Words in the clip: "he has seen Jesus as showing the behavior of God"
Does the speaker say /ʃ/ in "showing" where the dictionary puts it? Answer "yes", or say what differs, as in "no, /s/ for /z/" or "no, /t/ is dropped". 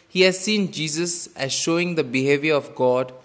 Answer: yes